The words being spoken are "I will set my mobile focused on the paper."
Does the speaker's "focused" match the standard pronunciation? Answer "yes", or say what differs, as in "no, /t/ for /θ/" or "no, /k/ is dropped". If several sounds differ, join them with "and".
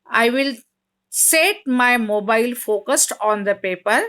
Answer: yes